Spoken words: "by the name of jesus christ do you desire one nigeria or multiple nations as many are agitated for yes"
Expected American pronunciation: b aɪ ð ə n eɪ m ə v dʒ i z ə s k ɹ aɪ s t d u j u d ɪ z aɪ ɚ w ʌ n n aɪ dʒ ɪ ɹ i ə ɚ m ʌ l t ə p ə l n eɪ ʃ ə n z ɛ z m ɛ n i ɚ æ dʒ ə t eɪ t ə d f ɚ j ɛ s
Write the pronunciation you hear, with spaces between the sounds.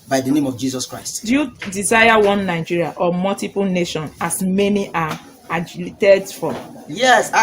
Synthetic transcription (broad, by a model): b aɪ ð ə n eɪ m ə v dʒ i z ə s k ɹ aɪ s t d u j u d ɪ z aɪ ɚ w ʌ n n aɪ dʒ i ɹ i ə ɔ m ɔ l t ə p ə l n eɪ ʃ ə n ɑ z m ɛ n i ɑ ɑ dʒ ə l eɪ t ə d f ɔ j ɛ s